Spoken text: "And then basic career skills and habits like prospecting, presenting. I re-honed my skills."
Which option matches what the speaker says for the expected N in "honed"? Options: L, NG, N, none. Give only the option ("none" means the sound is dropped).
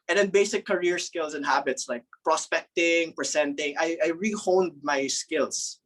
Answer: N